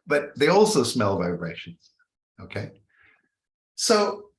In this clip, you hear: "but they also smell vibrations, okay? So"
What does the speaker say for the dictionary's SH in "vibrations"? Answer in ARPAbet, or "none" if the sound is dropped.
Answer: SH